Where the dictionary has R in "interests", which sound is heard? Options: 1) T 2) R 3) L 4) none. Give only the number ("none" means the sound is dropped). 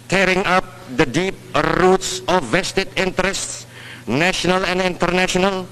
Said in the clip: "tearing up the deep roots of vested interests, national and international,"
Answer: 2